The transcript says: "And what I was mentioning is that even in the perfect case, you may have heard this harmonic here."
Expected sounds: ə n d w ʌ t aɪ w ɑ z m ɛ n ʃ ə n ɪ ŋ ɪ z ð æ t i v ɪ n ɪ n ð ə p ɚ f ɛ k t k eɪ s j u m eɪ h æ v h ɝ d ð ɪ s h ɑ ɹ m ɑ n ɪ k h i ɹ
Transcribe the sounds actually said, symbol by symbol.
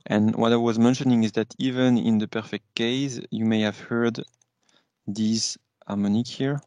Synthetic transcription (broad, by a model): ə n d w ʌ t aɪ w ɑ z m ɛ n ʃ ə n ɪ ŋ ɪ z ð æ t i v ɪ n ɪ n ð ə p ɚ f ɛ k t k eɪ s j u m eɪ h æ v h ɝ d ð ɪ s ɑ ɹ m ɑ n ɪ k h i ɹ